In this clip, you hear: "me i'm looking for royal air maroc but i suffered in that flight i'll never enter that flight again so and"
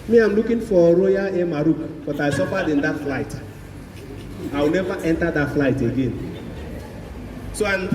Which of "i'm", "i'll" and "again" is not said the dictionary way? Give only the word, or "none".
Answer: i'll